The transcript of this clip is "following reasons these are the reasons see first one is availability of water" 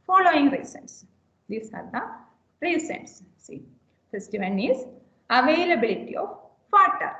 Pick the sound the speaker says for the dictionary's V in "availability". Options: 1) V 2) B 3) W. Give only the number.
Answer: 1